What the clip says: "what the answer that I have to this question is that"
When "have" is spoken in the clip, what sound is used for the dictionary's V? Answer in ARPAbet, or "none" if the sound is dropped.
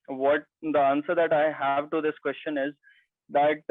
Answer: V